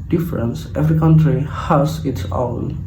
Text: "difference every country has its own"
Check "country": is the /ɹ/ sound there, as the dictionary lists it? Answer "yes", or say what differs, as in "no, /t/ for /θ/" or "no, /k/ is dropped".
yes